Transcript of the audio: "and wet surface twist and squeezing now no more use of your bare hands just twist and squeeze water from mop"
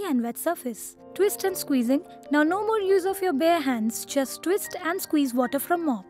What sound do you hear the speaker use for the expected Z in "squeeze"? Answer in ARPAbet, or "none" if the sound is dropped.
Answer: Z